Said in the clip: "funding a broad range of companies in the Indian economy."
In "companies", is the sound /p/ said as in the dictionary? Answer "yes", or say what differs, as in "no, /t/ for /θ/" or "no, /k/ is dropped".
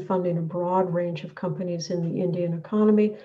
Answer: yes